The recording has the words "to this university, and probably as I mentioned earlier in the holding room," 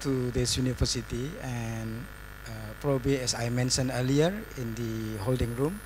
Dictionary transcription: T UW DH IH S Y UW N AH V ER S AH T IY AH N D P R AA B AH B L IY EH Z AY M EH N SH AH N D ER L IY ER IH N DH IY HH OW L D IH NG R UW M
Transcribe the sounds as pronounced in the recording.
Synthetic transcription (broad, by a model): T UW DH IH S Y UW N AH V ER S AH T IY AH N P R AA B AH B L IY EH S AY M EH N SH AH N ER L IY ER IH N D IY HH OW L D IH NG R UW M